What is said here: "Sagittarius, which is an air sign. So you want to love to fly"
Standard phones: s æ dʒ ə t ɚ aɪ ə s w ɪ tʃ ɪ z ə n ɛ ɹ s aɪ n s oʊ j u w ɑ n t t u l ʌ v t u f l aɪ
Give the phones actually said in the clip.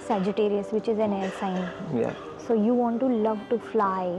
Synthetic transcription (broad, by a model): s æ dʒ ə t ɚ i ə s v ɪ tʃ ɪ z ə n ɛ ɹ s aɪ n s oʊ j u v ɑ n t t u l ʌ v t u f l aɪ